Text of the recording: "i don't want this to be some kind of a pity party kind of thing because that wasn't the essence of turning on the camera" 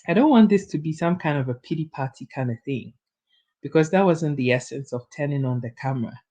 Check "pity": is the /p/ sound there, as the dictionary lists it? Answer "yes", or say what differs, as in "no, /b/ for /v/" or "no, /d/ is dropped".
yes